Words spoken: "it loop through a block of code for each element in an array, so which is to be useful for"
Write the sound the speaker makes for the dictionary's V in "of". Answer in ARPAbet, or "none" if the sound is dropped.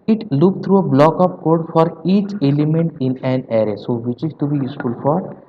P